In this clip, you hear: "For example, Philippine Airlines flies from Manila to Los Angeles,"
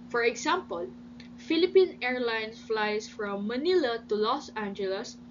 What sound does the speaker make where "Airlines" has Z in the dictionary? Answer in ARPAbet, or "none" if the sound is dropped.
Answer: S